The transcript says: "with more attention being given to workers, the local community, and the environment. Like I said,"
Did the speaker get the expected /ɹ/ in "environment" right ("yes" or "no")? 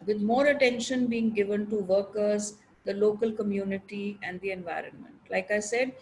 yes